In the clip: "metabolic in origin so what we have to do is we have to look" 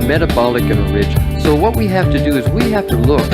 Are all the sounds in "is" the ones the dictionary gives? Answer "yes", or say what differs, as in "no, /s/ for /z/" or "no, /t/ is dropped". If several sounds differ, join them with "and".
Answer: yes